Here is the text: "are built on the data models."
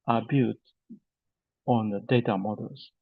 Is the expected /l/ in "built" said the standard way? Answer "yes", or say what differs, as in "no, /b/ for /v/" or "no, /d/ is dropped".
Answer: no, /l/ is dropped